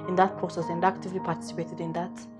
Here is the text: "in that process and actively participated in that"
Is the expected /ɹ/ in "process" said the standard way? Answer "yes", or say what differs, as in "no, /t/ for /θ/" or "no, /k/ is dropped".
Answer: no, /ɹ/ is dropped